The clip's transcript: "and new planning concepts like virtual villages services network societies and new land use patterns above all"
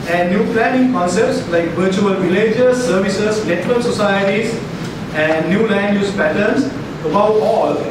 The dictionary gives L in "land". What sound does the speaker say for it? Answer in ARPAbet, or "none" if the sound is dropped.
L